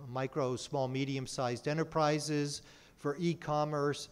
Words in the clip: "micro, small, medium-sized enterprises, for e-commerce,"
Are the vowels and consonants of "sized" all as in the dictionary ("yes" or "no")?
yes